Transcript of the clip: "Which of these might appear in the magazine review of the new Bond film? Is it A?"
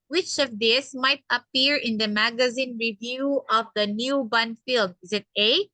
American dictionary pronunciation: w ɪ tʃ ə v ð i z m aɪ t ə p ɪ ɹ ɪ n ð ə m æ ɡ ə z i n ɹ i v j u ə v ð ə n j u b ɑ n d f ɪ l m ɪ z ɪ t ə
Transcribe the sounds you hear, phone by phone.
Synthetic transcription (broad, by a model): w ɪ tʃ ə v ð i s m aɪ t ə p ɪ ɹ ɪ n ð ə m æ ɡ ə z i n ɹ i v j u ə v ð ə n j u b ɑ n f ɪ l m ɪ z ɪ t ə